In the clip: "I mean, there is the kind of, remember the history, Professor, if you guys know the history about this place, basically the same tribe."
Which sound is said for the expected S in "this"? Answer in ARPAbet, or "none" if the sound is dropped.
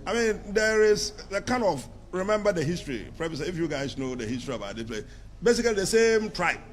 none